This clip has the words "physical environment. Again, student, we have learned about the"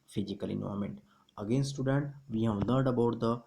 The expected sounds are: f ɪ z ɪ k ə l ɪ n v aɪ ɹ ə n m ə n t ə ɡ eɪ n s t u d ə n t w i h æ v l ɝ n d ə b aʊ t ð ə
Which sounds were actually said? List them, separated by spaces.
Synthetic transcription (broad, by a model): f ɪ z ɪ k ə l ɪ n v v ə m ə n t ə ɡ eɪ n s t u d ə n t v i h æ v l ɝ d ə b aʊ t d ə